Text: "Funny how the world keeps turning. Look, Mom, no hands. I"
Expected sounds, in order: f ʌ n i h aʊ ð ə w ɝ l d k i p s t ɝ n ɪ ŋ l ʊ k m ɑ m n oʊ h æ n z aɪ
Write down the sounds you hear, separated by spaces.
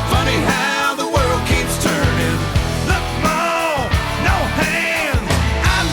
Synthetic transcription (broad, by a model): f ʌ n i h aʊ ð ə w ɝ l d k i p s t ɝ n ɪ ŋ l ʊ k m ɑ n oʊ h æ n aɪ